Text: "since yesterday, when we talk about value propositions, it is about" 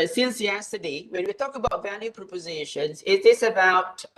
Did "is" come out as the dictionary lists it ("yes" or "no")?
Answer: no